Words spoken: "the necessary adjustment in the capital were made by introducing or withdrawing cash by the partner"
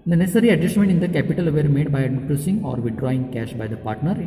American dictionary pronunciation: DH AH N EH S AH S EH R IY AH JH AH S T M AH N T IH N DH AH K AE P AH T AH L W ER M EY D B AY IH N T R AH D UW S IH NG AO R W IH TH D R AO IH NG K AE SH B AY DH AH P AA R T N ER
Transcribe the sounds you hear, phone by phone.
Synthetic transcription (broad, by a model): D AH N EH S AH R IY AH JH AH S T M AH N T IH N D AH K AE P AH T AH L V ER M EY D B AY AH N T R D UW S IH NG AO R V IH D R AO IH NG K AE SH B AY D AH P AA R T N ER